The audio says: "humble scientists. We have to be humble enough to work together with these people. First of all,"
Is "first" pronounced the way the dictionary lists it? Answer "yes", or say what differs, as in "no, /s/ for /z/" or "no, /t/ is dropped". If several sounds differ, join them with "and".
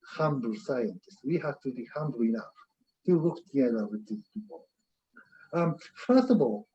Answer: yes